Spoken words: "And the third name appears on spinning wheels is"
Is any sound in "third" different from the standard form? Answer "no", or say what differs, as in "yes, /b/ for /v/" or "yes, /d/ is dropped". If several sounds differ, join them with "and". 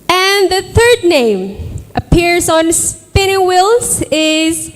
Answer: no